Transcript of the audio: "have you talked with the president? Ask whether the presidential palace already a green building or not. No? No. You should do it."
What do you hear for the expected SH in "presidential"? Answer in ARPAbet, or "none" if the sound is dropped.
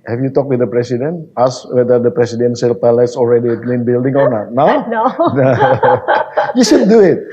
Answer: S